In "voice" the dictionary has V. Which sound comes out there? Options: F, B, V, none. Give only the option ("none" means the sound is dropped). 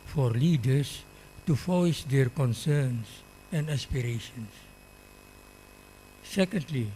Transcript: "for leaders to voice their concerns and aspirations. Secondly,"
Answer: F